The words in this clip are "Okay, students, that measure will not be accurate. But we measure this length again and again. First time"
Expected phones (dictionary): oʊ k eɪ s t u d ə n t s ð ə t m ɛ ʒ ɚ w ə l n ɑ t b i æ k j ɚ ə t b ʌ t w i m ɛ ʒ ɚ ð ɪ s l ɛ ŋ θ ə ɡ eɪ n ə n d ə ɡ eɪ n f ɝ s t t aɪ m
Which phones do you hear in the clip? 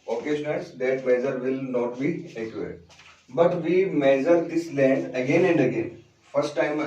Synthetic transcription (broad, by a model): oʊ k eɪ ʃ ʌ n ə t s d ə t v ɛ z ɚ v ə l n ɑ t b i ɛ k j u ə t b ʌ t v i m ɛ z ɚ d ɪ s l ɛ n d ə ɡ eɪ n ə n d ə ɡ eɪ n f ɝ s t t aɪ m